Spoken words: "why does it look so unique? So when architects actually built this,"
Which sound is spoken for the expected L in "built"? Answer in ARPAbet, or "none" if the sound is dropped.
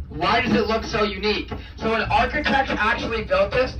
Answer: L